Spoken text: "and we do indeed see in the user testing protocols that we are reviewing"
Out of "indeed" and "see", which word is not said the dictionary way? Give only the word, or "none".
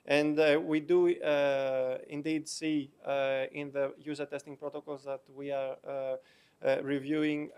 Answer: none